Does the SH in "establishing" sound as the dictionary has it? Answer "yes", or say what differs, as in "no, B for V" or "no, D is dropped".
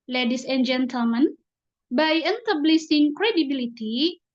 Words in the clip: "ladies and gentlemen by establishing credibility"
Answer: no, S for SH